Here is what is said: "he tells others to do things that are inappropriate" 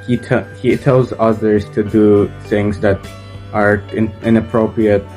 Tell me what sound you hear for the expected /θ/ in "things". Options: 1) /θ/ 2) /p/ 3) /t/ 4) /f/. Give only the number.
1